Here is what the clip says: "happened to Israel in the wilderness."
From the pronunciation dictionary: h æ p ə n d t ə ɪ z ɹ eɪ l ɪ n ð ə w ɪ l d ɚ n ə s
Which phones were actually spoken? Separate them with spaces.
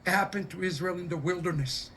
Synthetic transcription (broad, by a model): h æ p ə n t ə ɪ z ɹ eɪ l ɪ n ð ə w ɪ l d ɚ n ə s